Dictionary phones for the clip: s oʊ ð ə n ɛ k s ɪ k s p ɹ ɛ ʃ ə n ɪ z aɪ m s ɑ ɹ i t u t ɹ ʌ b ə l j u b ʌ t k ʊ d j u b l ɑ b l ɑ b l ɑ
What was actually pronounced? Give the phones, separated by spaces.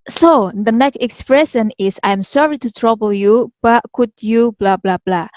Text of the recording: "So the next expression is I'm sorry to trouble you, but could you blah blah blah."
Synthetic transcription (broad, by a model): s oʊ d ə n ɛ k s ɪ k s p ɹ ɛ ʃ ə n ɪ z aɪ m s ɑ ɹ i t u t ɹ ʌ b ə l j u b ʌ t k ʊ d j u b l ɑ b l ɑ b l ɑ